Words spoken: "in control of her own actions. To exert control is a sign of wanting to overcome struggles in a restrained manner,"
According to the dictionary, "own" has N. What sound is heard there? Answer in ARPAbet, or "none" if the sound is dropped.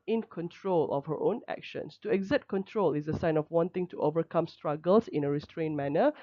N